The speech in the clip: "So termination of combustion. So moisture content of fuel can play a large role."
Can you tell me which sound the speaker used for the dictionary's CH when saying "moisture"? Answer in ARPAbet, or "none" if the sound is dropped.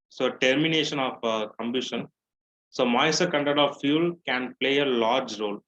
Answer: none